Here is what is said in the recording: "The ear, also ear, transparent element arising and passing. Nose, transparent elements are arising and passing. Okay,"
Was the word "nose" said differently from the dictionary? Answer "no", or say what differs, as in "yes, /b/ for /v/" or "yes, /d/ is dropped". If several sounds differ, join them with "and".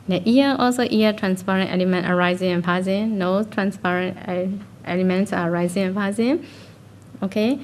yes, /z/ is dropped